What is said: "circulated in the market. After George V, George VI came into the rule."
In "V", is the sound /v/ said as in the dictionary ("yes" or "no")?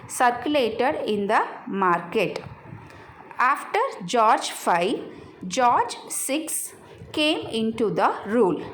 no